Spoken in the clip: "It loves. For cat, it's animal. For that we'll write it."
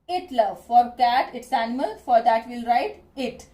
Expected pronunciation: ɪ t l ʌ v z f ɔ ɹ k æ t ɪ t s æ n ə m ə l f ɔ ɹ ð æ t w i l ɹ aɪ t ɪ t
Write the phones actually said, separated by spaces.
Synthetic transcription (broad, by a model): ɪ t l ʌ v f ɔ ɹ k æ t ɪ t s æ n ə m ə l f ɔ ɹ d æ t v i l ɹ aɪ t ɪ t